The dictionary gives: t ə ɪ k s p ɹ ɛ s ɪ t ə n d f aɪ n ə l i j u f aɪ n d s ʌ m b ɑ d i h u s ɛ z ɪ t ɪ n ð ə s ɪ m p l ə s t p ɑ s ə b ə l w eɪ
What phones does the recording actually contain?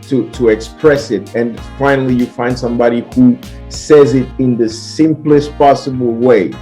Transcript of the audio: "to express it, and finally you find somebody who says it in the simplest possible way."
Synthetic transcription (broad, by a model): t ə ɪ k s p ɹ ɛ s ɪ t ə n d f aɪ n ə l i j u f aɪ n d s ʌ m b ɑ d i h u s ɛ z ɪ t ɪ n ð ə s ɪ m p l ə s t p ɑ s ə b ə l w eɪ